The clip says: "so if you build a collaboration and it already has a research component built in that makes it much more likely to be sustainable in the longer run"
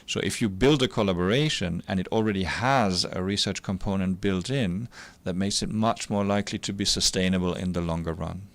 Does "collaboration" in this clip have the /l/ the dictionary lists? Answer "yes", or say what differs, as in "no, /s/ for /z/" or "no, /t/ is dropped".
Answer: yes